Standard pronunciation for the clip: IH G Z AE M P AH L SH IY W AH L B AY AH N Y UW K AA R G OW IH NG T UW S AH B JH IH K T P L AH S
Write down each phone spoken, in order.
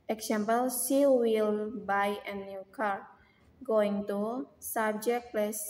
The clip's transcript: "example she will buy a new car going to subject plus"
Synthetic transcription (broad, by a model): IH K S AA M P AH L S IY W AH L B AY AH N Y UW K AA R G OW IH NG T UW S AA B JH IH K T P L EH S